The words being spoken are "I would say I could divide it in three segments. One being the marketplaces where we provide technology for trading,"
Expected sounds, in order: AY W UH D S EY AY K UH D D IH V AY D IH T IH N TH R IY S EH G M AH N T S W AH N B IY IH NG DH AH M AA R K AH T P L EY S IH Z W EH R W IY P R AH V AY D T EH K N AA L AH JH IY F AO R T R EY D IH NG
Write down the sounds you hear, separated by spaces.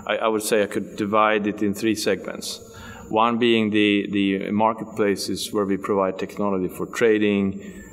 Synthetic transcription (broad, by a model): AY W UH D S EY AY K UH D D IH V AY D IH T IH N TH R IY S EH G M AH N T S W AH N B IY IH NG DH AH M AA R K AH T P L EY S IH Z W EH R W IY P R AH V AY D T EH K N AA L AH JH IY F AO R T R EY D IH NG